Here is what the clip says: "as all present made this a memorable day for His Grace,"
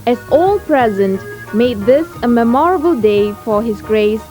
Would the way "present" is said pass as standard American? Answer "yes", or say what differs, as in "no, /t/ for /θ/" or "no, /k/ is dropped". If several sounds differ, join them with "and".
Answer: yes